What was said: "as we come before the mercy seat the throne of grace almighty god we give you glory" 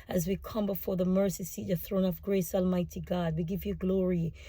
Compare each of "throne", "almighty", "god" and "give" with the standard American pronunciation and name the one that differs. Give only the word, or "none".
none